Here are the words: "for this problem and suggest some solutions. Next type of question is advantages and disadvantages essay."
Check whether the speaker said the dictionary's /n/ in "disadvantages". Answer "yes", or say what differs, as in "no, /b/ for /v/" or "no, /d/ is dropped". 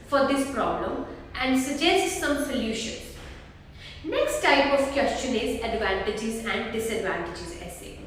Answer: yes